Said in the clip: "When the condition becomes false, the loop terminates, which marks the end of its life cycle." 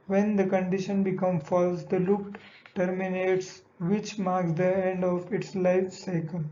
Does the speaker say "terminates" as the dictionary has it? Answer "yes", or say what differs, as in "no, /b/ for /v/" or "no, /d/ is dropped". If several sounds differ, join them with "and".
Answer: yes